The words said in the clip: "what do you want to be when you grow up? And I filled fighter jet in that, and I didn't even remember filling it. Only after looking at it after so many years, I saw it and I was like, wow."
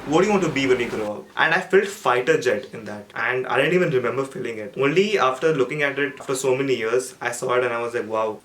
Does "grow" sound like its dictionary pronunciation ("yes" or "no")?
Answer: yes